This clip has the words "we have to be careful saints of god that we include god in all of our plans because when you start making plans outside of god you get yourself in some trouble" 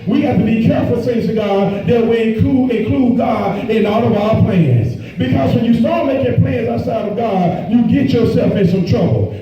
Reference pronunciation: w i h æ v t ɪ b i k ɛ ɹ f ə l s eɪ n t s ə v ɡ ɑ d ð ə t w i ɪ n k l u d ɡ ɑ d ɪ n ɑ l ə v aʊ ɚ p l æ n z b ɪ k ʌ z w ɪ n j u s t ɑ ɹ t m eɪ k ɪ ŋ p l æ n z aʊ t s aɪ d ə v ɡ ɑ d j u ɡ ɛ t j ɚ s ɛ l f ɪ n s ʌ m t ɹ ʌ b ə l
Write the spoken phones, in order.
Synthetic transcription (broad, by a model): w i h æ f t ɪ b i k ɛ ɹ f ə l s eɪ t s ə ɡ ɑ d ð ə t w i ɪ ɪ k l u ɡ ɑ d ɪ n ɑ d ə v aʊ ɚ p l æ n z b ɪ k ʌ z w ɪ n j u s t ɑ ɹ t m eɪ k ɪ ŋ p l æ n z aʊ t s aɪ d ə v ɡ ɑ d j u ɡ ɛ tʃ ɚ s ɛ l f ɪ n s ʌ m t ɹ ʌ b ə l